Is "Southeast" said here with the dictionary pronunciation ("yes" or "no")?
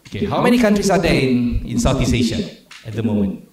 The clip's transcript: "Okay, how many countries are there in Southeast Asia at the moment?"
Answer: no